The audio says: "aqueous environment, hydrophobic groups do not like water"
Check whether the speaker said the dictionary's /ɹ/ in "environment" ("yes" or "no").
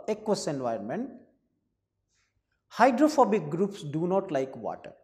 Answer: no